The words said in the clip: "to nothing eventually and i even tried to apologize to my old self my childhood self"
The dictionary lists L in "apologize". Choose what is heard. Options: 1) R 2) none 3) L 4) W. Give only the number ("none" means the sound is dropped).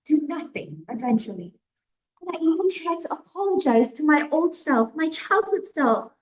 3